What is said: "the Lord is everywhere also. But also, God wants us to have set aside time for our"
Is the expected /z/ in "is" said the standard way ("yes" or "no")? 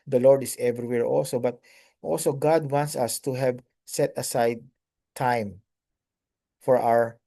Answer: no